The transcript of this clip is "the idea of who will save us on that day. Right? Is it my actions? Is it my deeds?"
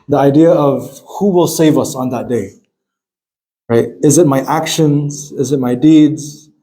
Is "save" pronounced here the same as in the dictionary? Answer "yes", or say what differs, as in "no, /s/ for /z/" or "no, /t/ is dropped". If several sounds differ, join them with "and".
yes